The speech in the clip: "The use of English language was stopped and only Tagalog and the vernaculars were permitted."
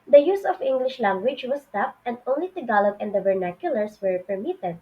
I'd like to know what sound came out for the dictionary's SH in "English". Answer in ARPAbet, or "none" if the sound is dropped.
SH